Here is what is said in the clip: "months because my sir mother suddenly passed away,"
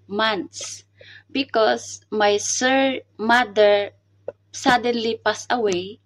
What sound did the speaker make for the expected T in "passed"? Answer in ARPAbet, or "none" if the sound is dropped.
none